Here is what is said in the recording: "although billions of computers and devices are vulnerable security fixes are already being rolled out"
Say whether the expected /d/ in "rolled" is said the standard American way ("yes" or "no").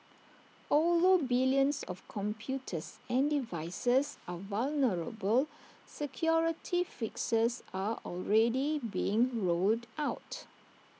yes